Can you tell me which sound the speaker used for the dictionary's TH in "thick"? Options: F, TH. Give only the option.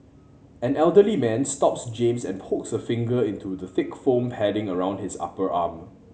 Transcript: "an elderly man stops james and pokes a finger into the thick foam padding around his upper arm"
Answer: TH